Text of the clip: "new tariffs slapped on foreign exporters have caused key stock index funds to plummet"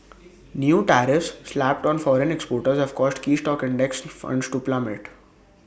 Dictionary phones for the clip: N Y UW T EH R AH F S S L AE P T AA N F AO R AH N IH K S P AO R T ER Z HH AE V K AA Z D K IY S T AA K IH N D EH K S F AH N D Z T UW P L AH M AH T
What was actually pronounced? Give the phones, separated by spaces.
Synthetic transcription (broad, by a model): N Y UW T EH R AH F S S L AE P T AA N F AO R AH N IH K S P AO R T ER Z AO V K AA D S K IY S T AA K IH N D EH K S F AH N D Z T UW P L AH M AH T